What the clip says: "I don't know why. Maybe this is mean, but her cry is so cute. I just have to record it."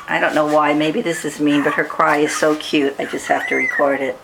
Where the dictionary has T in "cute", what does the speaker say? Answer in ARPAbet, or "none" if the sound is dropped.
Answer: T